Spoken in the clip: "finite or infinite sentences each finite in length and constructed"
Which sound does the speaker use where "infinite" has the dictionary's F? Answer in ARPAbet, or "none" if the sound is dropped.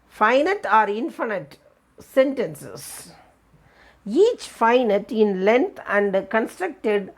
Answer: F